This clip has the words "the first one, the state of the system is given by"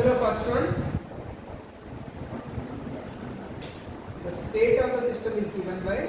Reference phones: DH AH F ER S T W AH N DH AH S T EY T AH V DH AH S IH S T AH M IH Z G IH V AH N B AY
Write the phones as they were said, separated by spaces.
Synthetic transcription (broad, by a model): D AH P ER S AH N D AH S T EY T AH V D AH S IH S T AH M IH Z G IH V AH N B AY